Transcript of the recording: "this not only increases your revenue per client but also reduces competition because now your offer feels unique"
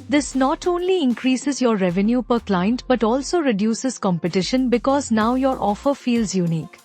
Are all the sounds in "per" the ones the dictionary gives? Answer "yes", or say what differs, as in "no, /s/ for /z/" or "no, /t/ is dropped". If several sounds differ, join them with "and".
yes